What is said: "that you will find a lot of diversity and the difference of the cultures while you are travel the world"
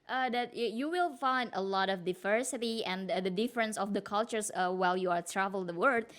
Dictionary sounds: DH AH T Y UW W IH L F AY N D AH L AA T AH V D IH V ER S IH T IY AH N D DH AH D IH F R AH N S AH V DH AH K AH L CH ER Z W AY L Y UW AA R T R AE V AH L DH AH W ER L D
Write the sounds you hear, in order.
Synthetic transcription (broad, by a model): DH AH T Y UW W IH L F AY N D AH L AA T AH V D IH V ER S IH T IY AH N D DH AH D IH F R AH N S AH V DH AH K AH L CH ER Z W AY L Y UW AA R T R AE V AH L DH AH W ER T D